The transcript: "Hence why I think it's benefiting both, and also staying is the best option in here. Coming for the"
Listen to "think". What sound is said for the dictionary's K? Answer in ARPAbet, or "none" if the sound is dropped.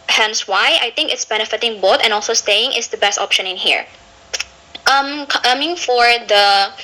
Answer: K